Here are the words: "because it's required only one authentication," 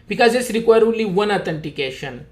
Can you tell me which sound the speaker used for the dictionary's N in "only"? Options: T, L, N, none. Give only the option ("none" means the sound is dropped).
none